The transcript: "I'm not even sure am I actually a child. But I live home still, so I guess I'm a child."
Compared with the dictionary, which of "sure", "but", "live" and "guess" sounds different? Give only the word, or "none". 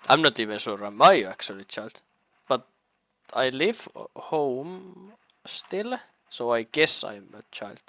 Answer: sure